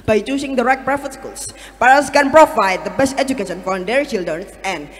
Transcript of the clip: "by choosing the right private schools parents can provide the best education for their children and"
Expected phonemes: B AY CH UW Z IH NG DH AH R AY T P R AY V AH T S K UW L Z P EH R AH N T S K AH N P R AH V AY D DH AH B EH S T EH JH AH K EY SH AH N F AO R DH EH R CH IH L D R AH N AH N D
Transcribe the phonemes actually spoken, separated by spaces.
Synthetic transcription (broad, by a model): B AY CH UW S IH NG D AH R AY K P R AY F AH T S K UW L S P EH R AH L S K AH N P R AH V AY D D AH B EH S T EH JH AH K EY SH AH N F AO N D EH R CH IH L D R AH N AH N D